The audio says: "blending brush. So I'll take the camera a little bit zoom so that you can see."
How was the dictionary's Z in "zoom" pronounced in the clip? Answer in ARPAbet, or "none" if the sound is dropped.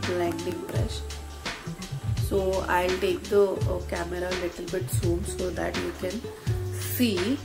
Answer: S